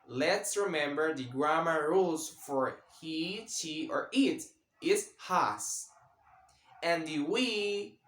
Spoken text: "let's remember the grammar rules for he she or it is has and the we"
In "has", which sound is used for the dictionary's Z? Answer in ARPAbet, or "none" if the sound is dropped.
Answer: S